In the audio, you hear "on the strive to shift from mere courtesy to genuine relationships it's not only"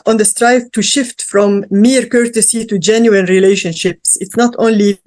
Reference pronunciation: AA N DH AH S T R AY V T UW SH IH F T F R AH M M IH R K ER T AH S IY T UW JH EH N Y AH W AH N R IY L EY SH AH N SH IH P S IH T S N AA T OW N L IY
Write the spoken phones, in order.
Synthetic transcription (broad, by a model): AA N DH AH S T R AY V T UW SH IH F T F R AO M M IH R K ER T AH S IY T UW JH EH N Y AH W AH N R IY L EY SH AH N SH IH P S IH T S N AA T OW N L IY